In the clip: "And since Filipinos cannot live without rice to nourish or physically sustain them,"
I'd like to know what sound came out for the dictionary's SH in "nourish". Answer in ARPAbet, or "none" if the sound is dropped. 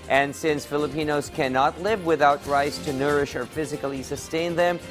SH